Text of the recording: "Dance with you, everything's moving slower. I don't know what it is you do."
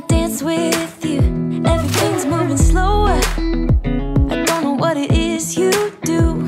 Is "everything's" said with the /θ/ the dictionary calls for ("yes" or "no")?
yes